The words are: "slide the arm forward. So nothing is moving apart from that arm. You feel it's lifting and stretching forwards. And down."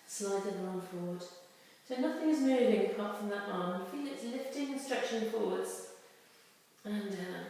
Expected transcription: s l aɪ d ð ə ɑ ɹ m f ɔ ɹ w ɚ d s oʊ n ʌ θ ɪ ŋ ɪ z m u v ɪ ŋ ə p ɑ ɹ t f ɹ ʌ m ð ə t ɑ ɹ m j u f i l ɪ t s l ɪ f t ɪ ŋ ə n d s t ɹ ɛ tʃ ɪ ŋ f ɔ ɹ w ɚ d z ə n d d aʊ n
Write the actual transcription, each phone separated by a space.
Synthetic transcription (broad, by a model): s l aɪ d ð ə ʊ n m f ɔ ɹ w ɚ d s oʊ n ʌ θ ɪ ŋ ɪ z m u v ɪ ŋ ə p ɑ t f ɹ ʌ m ð ə t ɑ ɹ m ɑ f i l ɪ t s l ɪ f t ɪ ŋ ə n s t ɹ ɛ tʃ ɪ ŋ f ɔ ɹ w ɚ d z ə n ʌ